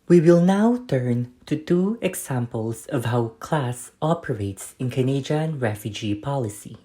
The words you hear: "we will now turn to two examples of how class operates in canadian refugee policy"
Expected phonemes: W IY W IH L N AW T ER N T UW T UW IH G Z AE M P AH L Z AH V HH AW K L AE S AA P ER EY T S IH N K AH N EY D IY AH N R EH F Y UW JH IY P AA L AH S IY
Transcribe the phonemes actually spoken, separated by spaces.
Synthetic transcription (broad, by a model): W IY W IH L N AW T ER N T UW T UW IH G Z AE M P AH L S AH V HH AW K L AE S AA P ER EY T S IH N K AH N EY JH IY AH N R EH F Y UW JH IY P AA L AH S IY